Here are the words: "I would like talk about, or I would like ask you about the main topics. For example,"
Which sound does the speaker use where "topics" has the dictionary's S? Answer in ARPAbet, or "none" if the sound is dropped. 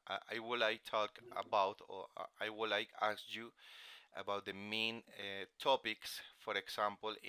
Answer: S